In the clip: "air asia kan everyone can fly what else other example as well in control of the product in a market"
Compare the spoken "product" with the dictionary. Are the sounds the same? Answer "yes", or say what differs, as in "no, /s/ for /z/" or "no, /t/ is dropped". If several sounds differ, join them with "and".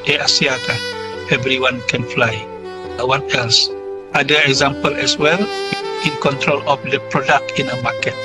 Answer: yes